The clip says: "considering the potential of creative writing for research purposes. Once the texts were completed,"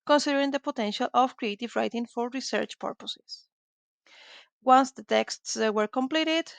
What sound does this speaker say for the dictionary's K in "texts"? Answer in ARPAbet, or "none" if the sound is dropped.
K